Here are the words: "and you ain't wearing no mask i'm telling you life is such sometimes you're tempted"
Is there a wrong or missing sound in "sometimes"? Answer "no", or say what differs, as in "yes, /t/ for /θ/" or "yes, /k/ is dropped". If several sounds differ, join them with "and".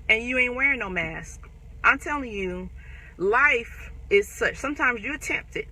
no